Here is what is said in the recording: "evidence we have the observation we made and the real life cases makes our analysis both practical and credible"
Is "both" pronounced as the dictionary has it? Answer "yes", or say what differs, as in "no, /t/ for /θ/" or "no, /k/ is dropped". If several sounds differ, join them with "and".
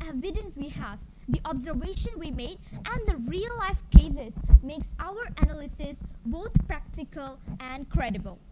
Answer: no, /t/ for /θ/